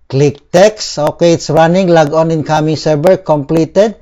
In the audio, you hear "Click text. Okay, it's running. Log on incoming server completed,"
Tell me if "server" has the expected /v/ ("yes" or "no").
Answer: no